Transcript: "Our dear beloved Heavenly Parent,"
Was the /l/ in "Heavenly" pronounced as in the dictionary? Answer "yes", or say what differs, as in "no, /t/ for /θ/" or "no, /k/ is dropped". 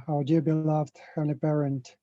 no, /l/ is dropped